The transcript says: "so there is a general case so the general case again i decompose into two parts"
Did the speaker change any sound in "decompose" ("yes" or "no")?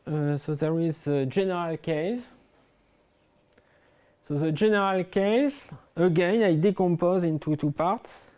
no